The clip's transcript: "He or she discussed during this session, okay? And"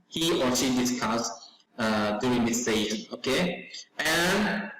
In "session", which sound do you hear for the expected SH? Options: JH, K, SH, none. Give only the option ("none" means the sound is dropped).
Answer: none